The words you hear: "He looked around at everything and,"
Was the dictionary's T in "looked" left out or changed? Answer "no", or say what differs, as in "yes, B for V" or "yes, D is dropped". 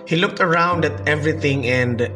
no